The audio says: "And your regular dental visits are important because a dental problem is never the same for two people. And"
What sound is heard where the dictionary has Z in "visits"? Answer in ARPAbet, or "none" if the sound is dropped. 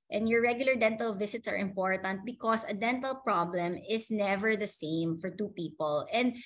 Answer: S